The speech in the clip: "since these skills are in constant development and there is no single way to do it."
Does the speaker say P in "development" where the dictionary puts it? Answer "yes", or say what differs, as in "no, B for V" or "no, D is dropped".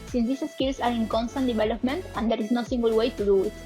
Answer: yes